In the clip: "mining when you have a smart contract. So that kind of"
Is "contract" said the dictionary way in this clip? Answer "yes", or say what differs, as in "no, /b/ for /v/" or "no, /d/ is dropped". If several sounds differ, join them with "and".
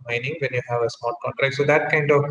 yes